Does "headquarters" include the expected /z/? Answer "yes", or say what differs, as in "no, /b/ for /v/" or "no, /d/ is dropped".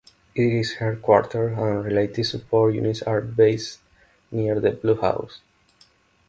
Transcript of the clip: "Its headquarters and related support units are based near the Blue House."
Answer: no, /z/ is dropped